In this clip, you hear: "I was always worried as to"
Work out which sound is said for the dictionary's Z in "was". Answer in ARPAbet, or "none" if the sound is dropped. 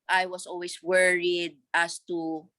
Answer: S